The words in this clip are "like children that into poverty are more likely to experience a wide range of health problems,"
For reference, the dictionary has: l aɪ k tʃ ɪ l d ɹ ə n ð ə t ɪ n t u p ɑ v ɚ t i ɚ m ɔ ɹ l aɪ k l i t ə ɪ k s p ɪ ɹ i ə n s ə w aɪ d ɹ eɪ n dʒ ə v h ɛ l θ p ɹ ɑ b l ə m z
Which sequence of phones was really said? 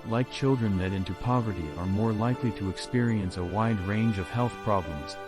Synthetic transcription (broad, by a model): l aɪ k tʃ ɪ l d ɹ ə n ð ə t ɪ n t u p ɑ v ɚ t i ɚ m ɔ ɹ l aɪ k l i t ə ɪ k s p ɪ ɹ i ə n s ə w aɪ d ɹ eɪ n dʒ ə v h ɛ l θ p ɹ ɑ b l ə m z